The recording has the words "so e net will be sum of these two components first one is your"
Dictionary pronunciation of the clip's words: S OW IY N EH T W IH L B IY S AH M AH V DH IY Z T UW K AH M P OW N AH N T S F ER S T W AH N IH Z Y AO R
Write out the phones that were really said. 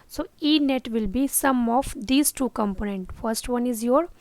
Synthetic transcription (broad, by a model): S OW IY N EH T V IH L B IY S AH M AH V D IY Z T UW K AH M P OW N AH N T F ER S T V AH N IH Z Y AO R